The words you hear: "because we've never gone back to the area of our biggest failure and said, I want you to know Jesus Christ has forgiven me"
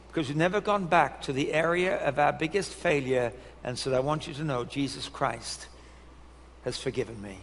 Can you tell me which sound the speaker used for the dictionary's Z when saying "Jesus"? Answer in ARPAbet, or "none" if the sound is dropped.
Z